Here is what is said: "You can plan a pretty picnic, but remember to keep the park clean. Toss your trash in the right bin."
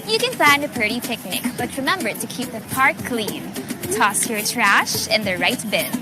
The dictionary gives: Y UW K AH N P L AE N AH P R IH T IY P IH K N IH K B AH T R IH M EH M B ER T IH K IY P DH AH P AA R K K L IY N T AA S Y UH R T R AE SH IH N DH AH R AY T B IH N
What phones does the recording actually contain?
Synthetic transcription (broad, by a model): Y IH K AH N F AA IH N AH P R IH T IY P IH K N IH K B AH T R IH M EH M B ER T IH K IY P DH AH P AA R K K L IY N T AA S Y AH R T R AE SH IH N DH AH R AY T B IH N